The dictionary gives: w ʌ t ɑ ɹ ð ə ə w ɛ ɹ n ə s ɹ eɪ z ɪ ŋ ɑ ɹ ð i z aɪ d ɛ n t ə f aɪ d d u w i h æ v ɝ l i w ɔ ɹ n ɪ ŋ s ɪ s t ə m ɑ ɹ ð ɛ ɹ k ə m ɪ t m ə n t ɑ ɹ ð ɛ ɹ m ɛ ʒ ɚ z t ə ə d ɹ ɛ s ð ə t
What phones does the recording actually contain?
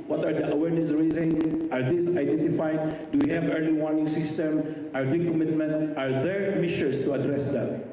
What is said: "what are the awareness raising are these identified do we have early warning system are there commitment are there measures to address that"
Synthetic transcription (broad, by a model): w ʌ t ɑ ɹ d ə ə w ɛ ɹ n ə s ɹ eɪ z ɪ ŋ ɑ ɹ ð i s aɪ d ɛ n t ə f aɪ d d u w i h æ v ɝ l i w ɔ ɹ n ɪ ŋ s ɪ s t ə m ɑ ɹ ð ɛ k ə m ɪ t m ə n t ɑ ɹ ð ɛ ɹ m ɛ ʃ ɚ s t ə ə d ɹ ɛ s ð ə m